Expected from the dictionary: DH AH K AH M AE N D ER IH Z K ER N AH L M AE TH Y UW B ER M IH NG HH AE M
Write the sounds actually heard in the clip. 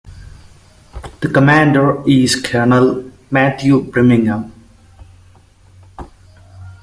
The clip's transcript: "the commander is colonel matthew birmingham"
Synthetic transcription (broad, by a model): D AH K AH M AE N D ER IH Z K ER N AH L M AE T Y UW B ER M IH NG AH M